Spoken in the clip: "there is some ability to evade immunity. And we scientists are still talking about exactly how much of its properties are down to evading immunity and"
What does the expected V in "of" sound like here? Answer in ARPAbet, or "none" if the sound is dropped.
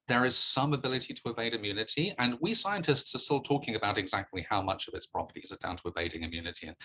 V